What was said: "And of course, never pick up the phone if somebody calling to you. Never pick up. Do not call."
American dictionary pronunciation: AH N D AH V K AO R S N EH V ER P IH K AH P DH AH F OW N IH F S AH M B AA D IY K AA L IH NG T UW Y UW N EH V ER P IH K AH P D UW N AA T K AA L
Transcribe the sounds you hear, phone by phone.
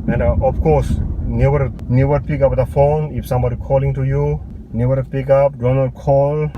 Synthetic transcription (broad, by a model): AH N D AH F K AO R S N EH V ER P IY K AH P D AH F OW N IH F S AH M B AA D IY K AA L IH NG T UW Y UW N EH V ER P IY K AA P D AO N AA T K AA L